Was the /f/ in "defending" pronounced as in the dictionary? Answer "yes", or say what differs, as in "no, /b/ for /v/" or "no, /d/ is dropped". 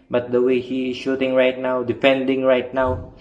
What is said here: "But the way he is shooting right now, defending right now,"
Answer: no, /p/ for /f/